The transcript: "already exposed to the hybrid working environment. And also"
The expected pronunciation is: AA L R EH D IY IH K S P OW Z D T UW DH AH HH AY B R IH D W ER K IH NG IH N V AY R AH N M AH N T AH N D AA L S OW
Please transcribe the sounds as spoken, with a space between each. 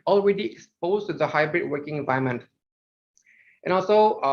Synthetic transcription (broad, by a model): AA L R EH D IY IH K S P OW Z T UW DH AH HH AY B R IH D W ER K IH NG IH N V AY AH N M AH N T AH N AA L S OW